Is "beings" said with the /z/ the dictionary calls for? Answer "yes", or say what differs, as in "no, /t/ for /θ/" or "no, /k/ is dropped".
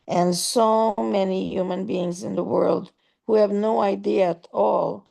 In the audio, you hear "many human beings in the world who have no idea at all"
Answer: yes